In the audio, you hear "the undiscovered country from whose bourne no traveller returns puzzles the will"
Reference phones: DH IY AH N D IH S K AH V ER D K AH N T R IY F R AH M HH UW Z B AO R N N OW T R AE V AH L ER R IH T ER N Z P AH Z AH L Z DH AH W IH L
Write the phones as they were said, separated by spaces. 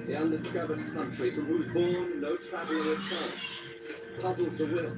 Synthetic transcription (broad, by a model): DH IY AH N D IH S K AH V ER D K AH N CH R IY F R AH M HH UW Z B AO R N N OW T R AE V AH L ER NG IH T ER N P AH Z L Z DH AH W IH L